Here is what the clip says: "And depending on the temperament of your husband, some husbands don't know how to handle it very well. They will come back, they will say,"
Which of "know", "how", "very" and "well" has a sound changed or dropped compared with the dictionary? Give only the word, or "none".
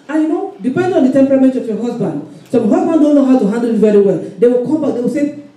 none